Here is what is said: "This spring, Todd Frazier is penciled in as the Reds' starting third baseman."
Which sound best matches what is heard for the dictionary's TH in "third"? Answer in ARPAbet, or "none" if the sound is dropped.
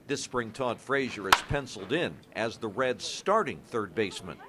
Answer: TH